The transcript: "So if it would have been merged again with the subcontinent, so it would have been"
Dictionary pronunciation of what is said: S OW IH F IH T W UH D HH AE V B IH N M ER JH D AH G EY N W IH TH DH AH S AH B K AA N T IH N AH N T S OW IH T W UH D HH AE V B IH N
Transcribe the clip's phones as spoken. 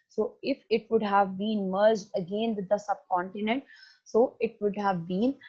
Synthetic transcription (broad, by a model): S OW IH F IH T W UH D HH AE V B IH N M ER JH D AH G EY N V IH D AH S AH B K AA N T IH N AH N T S OW IH T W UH D HH AE V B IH N